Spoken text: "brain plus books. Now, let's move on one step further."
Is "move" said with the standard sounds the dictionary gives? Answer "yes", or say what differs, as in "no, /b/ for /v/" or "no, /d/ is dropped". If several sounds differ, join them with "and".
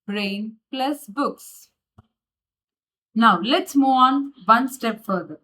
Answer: no, /v/ is dropped